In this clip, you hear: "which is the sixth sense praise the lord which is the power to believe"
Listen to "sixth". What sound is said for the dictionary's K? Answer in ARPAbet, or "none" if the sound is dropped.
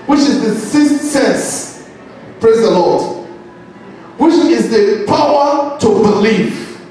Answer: none